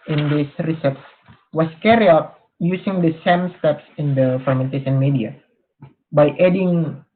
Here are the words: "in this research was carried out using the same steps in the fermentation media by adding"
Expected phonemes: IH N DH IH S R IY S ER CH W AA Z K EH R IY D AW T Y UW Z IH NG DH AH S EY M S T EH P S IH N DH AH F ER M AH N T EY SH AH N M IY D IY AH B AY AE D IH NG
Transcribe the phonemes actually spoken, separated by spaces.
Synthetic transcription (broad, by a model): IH N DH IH S R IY S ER S W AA S K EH R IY AW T Y UW S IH NG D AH S EY M S T EH P S IH N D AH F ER M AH N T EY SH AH N M IY D IY AH B AY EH D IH NG